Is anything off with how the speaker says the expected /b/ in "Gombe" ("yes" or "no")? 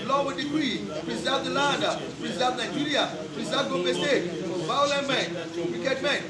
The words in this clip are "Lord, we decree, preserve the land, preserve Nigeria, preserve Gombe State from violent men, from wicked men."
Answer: yes